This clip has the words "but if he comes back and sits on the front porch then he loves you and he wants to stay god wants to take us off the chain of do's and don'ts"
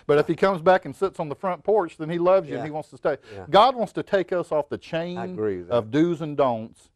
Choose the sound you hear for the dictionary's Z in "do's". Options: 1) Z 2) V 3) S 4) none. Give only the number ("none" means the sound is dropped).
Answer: 1